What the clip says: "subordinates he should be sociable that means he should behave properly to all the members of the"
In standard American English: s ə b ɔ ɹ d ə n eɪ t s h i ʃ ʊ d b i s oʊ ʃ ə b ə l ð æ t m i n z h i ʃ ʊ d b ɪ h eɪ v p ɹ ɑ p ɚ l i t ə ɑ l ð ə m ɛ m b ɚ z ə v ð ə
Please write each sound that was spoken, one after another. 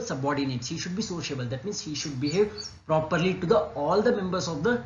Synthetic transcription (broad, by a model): s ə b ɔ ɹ d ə n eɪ t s h i ʃ ʊ d b i s oʊ ʃ ə b ə l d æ t m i n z h i ʃ ʊ d b ɪ h eɪ v p ɹ ɑ p ɚ l i t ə ɑ l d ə m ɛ m b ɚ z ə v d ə